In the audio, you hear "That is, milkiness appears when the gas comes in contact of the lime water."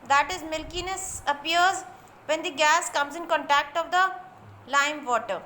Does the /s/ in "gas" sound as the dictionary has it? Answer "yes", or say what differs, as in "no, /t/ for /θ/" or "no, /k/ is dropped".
yes